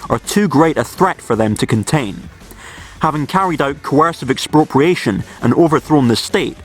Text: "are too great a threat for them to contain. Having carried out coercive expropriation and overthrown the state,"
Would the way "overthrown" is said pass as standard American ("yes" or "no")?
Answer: yes